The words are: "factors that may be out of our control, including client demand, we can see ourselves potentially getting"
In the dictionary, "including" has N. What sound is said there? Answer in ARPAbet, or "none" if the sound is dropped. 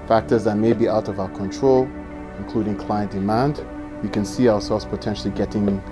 N